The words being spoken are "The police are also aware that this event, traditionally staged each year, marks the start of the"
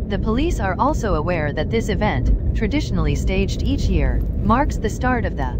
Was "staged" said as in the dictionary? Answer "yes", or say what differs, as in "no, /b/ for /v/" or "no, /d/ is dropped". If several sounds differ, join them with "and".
yes